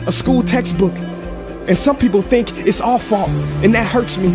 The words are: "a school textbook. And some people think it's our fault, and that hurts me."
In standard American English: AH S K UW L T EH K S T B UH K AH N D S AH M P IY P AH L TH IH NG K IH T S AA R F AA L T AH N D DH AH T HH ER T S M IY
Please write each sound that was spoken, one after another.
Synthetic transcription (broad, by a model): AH S K UW L T EH K S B UH K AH N S AH M P IY P L TH IH NG K IH T S AA L F AA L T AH N DH AH T HH ER T S M IY